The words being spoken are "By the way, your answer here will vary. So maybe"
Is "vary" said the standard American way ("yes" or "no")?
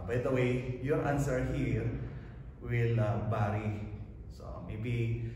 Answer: no